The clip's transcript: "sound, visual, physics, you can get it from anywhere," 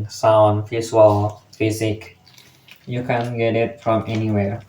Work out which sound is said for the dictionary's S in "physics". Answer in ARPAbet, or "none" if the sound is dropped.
none